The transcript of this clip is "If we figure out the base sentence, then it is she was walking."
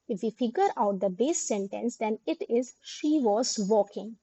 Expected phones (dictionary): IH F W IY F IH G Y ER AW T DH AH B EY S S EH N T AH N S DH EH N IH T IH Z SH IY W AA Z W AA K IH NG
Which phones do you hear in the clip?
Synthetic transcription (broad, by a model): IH F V IY F IH G Y ER AW T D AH B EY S S EH N T AH N S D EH N IH T IH Z SH IY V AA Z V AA K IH NG